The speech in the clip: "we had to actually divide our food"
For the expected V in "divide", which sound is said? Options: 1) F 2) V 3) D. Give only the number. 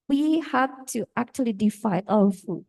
1